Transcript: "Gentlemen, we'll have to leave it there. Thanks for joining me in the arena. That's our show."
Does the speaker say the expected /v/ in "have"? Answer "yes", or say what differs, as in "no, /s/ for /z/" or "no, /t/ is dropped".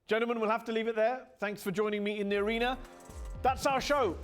no, /f/ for /v/